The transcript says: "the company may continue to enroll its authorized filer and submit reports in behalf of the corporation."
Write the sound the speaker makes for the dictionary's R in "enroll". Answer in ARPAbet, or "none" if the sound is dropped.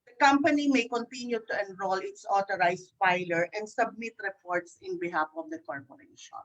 R